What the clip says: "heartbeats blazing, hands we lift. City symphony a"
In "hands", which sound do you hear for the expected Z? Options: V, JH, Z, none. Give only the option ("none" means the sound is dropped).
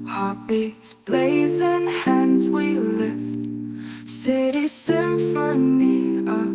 Z